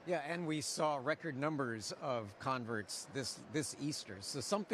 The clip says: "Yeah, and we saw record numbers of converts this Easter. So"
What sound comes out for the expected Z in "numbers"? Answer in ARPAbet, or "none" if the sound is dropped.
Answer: Z